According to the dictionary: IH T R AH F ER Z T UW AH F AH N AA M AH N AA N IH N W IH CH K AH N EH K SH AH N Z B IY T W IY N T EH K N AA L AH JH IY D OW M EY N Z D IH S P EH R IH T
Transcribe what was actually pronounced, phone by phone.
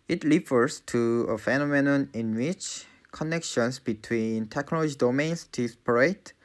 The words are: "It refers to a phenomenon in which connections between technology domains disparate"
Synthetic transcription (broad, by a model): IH T L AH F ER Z T UW AH F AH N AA M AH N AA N IH N W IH CH K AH N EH K SH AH N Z B IY T W IY N T EH K N AA L AH JH IY D OW M EY N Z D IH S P R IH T